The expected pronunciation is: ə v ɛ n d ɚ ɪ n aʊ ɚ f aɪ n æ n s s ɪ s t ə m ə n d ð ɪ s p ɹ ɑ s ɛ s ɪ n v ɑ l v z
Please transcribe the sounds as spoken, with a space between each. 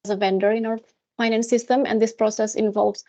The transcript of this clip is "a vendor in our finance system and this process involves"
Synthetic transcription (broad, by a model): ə v ɛ n d ɚ ɪ n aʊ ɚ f aɪ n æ n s s ɪ s t ə m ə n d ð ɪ s p ɹ ɑ s ɛ s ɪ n v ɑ l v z